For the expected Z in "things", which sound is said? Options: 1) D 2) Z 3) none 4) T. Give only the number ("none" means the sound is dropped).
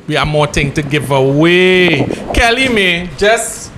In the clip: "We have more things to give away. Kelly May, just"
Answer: 3